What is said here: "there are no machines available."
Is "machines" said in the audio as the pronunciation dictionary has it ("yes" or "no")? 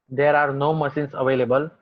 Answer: no